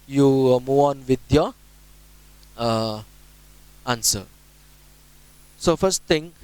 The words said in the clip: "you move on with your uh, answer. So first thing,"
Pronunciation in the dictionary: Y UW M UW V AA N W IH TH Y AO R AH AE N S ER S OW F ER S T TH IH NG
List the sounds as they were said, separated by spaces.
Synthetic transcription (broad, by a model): Y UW M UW AA N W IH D Y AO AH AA N S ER S OW F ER S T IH NG